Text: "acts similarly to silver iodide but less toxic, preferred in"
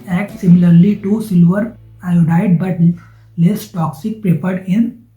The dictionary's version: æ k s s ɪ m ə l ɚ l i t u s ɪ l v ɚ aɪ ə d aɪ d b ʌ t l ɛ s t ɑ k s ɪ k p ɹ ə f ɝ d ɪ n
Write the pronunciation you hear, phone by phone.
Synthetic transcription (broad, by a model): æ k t s ɪ m ə l ɚ l i t u s ɪ l v ɚ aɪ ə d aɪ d b ʌ t l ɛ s t ɑ k s ɪ k p ɹ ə p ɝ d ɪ n